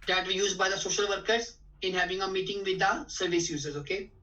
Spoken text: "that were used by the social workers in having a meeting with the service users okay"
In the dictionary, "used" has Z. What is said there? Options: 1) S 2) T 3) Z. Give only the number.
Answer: 3